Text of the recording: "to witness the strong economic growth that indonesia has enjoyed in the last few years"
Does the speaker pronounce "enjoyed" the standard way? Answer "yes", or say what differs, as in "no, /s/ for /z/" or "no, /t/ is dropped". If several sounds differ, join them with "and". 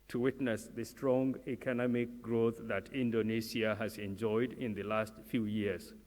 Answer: yes